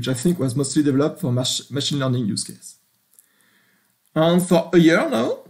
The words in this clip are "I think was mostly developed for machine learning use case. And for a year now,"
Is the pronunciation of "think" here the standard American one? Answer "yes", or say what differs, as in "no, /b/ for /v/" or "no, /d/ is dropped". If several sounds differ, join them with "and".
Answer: yes